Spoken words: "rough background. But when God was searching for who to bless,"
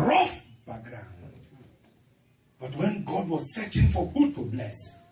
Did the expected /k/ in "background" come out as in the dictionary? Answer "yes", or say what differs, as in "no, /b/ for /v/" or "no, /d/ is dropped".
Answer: no, /k/ is dropped